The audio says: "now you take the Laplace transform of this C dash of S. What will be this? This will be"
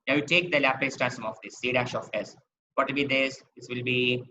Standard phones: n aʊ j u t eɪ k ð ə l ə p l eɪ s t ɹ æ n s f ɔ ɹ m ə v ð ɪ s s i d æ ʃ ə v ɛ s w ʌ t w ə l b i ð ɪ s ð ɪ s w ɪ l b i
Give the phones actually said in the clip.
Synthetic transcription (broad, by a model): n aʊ j u t eɪ k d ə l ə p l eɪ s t æ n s ɔ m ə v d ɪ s s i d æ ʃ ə f ɛ s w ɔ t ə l b i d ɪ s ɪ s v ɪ l b i